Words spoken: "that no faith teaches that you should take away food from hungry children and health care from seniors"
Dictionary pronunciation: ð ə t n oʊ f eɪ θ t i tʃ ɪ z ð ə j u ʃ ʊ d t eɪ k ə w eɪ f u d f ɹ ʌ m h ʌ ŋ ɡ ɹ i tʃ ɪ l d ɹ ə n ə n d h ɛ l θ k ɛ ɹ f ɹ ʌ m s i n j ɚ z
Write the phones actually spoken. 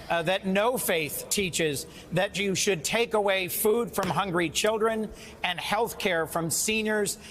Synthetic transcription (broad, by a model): ð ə t n oʊ f eɪ θ t i tʃ ɪ z ð ə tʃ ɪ ʃ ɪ d t eɪ k ə w eɪ f u d f ɹ ʌ m h ʌ ŋ ɡ ɹ i tʃ ɪ l d ɹ ə n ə n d h ɛ l θ k ɛ ɹ f ɹ ʌ m s i n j ɚ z